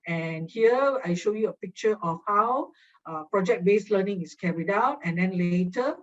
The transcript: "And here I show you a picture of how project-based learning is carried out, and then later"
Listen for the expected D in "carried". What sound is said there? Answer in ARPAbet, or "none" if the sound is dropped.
D